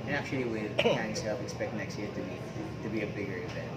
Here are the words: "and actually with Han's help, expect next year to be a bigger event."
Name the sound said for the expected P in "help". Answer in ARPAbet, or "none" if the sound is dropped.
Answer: F